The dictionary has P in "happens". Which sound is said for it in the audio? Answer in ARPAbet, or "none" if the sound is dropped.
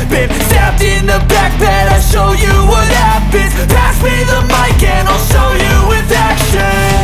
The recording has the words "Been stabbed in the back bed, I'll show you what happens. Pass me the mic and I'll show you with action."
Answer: B